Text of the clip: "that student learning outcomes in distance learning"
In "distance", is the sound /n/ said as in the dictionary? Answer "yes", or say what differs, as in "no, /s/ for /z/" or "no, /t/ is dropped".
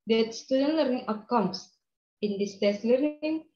no, /n/ is dropped